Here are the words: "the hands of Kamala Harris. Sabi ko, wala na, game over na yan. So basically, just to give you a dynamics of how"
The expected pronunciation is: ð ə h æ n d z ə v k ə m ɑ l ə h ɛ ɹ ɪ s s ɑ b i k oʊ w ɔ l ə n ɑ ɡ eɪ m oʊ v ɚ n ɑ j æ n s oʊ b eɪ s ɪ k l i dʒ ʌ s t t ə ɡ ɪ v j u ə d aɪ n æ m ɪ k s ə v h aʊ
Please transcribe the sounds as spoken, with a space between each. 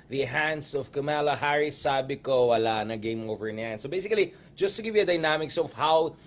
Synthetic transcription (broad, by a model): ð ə h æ n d s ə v k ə m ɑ l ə h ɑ ɹ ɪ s s ɑ b i k oʊ w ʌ l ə n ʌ ɡ eɪ m oʊ v ɚ n ɑ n s oʊ b eɪ s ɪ k l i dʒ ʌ s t t ə ɡ ɪ v j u ə d aɪ n æ m ɪ k s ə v h aʊ